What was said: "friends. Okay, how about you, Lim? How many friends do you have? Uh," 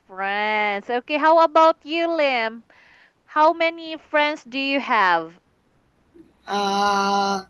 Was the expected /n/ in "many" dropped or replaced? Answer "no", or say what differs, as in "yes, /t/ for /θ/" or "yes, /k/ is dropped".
no